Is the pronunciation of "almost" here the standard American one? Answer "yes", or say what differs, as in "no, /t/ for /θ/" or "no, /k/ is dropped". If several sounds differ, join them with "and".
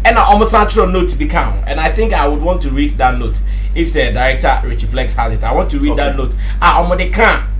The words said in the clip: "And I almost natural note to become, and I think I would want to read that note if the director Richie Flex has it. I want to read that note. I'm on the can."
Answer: no, /l/ is dropped